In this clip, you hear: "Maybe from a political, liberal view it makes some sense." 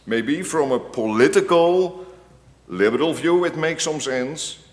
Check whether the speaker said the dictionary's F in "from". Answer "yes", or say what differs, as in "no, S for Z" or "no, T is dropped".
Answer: yes